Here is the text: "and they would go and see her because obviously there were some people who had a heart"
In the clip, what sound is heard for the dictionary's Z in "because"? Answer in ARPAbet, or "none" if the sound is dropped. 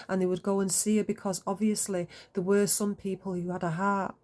Z